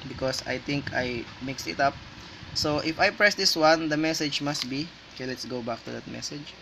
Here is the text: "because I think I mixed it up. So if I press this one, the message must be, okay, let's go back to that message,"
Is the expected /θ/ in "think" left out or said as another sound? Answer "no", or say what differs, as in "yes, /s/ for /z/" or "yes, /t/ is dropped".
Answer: yes, /t/ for /θ/